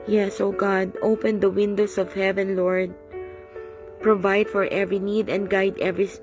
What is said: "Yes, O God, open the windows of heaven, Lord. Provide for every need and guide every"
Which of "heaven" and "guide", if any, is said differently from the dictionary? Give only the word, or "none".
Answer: none